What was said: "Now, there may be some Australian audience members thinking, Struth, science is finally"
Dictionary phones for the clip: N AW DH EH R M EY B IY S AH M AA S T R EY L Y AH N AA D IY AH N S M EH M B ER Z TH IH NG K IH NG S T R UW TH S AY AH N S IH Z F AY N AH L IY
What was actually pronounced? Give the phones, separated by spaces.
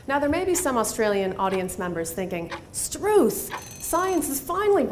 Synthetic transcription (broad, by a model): N AW DH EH R M EY B IY S AH M AA S T R EY L Y AH N AA D IY AH N S M EH M B ER Z TH IH NG K IH NG S T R UW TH S AY AH N S IH Z F AY N L IY